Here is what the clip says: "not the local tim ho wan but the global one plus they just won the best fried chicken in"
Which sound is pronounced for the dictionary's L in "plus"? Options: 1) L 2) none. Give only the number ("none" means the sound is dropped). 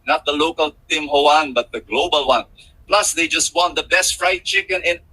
1